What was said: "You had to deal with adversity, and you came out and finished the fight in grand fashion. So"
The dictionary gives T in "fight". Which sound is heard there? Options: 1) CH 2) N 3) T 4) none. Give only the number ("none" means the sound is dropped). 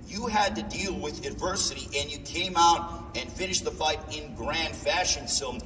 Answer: 3